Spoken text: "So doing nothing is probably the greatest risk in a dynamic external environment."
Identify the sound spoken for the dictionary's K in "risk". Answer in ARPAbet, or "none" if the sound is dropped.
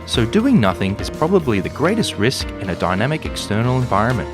K